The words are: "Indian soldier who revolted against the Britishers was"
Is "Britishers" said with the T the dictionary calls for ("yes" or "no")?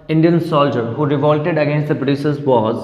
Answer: no